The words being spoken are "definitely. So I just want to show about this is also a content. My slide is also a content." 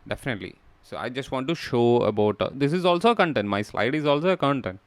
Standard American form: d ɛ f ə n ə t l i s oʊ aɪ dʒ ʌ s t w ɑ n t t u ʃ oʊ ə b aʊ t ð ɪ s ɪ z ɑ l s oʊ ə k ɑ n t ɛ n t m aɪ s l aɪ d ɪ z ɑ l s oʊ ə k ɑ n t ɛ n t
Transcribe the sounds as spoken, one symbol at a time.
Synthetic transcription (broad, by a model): d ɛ f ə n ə t l i s oʊ aɪ dʒ ʌ s t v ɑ n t t u ʃ oʊ ə b aʊ t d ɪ s ɪ z ɑ l s oʊ ə k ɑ n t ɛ n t m aɪ s l aɪ d ɪ z ɑ l s oʊ ə k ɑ n t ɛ n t